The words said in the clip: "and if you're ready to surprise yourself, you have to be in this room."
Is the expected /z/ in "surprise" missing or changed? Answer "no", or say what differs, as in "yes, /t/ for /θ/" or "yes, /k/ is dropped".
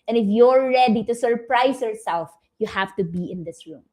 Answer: yes, /s/ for /z/